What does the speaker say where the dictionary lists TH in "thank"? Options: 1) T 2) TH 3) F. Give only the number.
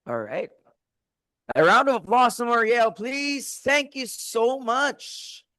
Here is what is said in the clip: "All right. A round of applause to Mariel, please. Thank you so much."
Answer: 2